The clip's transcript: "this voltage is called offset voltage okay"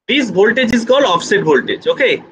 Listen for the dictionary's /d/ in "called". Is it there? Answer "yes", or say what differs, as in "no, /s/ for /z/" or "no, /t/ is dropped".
no, /d/ is dropped